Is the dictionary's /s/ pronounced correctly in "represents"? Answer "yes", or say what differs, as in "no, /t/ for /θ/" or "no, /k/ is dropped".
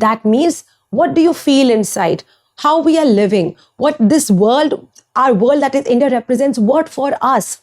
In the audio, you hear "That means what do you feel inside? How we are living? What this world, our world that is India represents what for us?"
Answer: yes